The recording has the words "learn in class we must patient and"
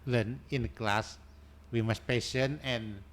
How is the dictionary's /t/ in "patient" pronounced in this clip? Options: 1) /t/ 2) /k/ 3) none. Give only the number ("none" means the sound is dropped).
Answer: 3